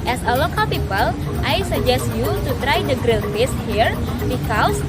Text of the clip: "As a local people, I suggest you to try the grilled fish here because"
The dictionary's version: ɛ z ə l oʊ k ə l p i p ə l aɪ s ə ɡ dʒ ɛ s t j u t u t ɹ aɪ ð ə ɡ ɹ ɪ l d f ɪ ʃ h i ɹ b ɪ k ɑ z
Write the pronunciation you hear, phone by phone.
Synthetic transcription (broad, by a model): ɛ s ə l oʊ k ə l p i p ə l aɪ s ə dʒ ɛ s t j u t u t ɹ aɪ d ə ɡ ɹ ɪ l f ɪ s h i ɹ b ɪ k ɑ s